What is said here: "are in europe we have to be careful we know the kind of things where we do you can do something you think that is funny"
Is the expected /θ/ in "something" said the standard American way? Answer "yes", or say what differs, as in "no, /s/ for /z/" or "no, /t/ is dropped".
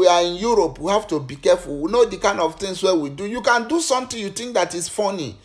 no, /t/ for /θ/